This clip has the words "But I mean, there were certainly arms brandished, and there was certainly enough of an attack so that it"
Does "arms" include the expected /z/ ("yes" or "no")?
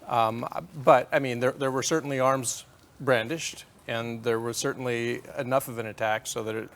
yes